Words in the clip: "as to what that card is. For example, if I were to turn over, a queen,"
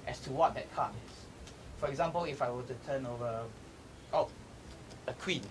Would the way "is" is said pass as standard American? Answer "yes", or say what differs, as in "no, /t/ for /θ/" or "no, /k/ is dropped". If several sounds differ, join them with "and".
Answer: no, /s/ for /z/